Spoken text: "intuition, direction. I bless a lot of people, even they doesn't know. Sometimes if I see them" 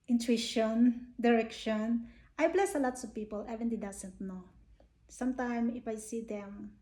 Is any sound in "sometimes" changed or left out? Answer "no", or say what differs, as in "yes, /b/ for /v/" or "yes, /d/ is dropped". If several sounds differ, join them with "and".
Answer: yes, /z/ is dropped